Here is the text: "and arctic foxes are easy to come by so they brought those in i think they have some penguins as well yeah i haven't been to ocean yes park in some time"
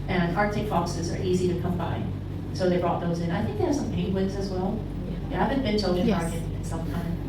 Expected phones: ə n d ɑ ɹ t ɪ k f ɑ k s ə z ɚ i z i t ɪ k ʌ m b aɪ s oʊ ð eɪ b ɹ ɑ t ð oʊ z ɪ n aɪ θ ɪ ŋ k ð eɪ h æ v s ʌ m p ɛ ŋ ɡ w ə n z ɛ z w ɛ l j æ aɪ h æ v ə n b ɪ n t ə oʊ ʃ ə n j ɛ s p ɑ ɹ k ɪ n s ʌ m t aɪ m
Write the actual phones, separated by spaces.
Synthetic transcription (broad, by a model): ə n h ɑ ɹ t ɪ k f ɑ k s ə z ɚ i z i t ɪ k ʌ m b aɪ s oʊ ð eɪ b ɹ ɑ t ð oʊ z ɪ n aɪ θ ɪ ŋ k ð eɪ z s ʌ m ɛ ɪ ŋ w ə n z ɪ z w ɛ l j æ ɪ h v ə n b ɪ n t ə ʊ ə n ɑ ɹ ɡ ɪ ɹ ɪ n s ʌ m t aɪ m